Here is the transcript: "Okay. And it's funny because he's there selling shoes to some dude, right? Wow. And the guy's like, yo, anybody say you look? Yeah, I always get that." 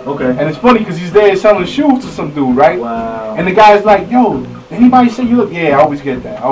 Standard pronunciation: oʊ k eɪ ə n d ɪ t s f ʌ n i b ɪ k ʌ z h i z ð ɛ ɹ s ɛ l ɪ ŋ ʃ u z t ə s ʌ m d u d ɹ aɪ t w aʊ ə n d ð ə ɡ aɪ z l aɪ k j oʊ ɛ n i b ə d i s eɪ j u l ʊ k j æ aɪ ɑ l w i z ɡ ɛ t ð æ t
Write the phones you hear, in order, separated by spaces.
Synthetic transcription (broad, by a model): oʊ k eɪ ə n ɪ t s f ʌ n i k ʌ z h i z ð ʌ ɹ s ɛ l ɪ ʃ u t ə s ʌ m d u ɹ aɪ t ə n ð ə ɡ aɪ z l aɪ k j oʊ ɛ n i b ə d i s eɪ j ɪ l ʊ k j æ aɪ ɑ l w i z ɡ ɛ t ð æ t